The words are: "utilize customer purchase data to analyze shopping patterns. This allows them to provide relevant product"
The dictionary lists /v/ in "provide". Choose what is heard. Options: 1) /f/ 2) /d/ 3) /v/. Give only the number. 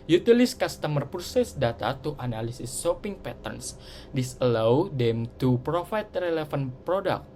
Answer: 1